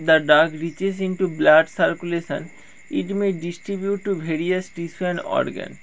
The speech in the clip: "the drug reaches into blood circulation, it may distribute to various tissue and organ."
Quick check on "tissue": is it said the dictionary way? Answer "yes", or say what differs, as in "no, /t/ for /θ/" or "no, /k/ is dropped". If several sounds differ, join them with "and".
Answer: no, /s/ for /ʃ/